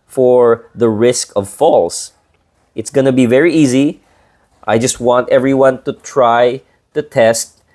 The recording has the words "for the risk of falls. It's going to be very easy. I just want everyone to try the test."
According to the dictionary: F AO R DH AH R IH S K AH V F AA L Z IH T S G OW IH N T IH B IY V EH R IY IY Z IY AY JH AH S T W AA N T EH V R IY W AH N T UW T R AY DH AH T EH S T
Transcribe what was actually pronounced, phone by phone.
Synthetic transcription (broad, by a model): F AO R DH AH R IH S K AH V F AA L S IH T S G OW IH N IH B IY V EH R IY IY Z IY AY JH AH S T W AA N T EH V R IY W AH N T UW T R AY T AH T EH S T